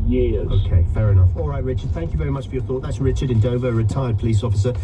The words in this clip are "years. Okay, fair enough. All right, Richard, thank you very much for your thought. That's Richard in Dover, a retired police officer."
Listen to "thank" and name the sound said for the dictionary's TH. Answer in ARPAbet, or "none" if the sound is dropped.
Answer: TH